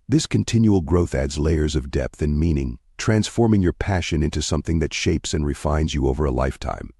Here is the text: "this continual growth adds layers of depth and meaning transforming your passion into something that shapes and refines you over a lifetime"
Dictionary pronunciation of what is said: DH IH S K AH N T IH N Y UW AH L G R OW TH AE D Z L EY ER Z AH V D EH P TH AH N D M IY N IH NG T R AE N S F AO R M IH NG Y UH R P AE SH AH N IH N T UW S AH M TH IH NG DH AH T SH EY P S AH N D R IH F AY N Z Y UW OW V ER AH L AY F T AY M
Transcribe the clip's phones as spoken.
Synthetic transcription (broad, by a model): DH IH S K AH N T IH N Y UW L G R OW TH AE D Z L EY ER Z AH V D EH P TH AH N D M IY N IH NG T R AE N S F AO R M IH NG Y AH R P AE SH AH N IH N T UW S AH M TH IH NG DH AH T SH EY P S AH N R IH F AY N Z Y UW OW V ER AH L AY F T AY M